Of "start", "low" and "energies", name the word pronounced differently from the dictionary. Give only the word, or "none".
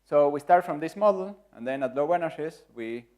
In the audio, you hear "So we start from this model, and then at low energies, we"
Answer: energies